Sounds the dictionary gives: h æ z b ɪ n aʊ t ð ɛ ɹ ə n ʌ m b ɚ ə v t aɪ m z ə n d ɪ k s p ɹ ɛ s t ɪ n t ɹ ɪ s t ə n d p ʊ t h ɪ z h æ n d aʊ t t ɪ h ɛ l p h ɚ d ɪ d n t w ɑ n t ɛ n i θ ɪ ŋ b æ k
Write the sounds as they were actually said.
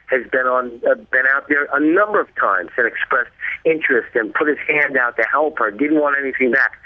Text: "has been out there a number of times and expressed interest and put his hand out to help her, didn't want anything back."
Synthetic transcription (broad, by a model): h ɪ z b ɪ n aʊ t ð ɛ ɹ ə n ʌ m b ɚ ə v t aɪ m z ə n ɪ k s p ɹ ɛ s t ɪ n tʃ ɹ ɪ s t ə n p ʊ t h ɪ z h æ n d aʊ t t ɪ h ɛ l p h ɚ d ɪ d n t w ɑ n t ɛ n i θ ɪ ŋ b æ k